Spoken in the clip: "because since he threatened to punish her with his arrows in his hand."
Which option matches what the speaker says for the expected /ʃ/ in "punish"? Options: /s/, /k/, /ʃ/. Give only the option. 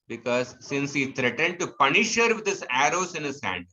/ʃ/